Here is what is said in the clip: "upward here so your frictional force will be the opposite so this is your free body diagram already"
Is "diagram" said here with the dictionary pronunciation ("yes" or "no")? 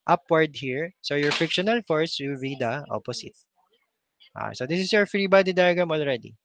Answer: no